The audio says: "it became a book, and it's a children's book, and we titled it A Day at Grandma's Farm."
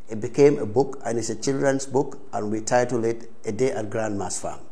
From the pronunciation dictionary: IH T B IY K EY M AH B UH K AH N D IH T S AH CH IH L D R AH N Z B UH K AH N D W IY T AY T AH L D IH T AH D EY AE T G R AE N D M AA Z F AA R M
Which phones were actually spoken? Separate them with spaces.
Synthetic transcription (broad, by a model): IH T B IY K EY M AH B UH K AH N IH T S AH CH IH L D R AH N S B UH K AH N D W IY T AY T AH L IH T AH D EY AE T G R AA N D M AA S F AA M